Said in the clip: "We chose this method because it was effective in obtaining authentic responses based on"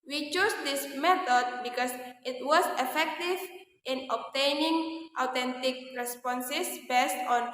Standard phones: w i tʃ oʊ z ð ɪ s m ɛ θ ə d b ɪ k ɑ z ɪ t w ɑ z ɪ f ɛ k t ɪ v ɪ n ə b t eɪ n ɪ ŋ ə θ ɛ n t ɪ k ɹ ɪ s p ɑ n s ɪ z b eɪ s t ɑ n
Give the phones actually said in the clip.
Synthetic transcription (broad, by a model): w i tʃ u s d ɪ s m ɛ t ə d b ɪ k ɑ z ɪ t w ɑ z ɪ f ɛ k t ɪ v ɪ n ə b t eɪ n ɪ ŋ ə t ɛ n t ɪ k ɹ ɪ s p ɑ n s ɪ s b eɪ s t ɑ n